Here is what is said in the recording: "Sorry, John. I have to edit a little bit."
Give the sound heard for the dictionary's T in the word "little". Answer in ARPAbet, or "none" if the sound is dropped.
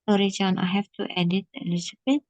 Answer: S